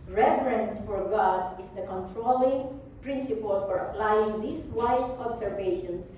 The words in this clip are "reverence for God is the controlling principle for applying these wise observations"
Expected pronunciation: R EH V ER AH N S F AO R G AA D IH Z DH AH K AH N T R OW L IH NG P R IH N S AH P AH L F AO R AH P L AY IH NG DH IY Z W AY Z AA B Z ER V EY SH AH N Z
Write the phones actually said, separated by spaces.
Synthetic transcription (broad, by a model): R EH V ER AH N S F AO R G AA D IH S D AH K AH N T R OW L IH NG P R IH N S AH P AH L F AO R AH P L AY IH NG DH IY S W AY S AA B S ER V EY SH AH N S